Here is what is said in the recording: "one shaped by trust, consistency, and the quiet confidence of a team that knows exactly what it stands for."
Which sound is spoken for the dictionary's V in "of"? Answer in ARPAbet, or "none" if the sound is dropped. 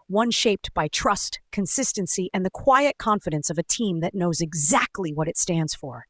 V